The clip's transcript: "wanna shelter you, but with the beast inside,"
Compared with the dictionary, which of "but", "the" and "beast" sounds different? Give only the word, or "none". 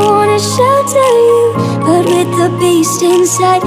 none